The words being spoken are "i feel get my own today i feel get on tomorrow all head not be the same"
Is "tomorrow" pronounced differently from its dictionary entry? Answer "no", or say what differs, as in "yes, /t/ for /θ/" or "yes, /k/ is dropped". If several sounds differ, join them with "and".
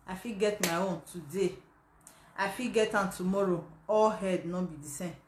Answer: no